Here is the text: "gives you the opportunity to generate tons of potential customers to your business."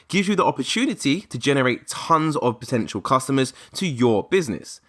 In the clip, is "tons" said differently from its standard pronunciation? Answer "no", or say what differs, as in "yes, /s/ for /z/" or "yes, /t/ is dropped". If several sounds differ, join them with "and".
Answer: no